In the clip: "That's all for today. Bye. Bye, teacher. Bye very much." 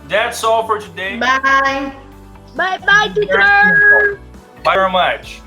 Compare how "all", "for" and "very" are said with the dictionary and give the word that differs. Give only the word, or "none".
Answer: very